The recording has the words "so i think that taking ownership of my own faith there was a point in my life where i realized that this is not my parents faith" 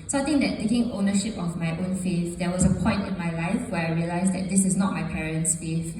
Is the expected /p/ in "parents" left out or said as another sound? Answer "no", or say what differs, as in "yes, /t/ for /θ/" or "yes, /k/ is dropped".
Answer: no